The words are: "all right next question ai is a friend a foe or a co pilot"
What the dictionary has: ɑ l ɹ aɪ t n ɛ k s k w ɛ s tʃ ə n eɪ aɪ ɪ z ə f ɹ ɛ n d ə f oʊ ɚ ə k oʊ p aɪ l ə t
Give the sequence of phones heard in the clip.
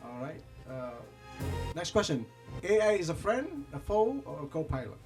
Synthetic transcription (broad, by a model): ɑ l ɹ aɪ t n ɛ k s k w ɛ s tʃ ə n eɪ aɪ ɪ z ə f ɹ ɛ n d ə f oʊ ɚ ə k oʊ p aɪ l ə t